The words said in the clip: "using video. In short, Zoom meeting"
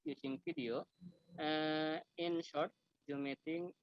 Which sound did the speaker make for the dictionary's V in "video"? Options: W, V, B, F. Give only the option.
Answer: F